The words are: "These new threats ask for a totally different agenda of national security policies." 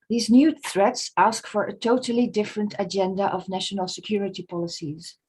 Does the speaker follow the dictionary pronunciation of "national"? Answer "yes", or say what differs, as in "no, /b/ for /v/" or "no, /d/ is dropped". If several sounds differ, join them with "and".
yes